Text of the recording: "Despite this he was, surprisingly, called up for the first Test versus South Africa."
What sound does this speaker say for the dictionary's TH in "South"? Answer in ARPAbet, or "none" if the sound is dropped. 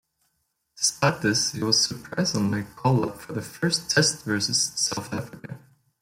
TH